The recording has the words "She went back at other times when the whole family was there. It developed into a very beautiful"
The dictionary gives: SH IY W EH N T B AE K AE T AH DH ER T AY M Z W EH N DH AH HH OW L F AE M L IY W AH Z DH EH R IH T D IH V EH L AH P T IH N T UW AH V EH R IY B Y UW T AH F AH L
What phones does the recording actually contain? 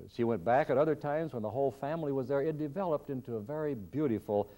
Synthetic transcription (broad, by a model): SH IY W EH N B AE K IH T AH DH ER T AY M Z W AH N DH AH HH OW L F AE M L IY W AH Z DH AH R IH T D IH V EH L AH P T IH N T UW AH V EH R IY B Y UW T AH F L